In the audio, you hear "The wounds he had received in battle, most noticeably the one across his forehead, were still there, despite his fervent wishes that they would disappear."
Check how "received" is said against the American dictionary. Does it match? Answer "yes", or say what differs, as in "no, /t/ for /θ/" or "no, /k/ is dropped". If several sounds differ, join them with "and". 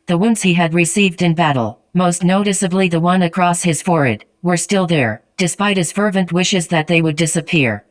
yes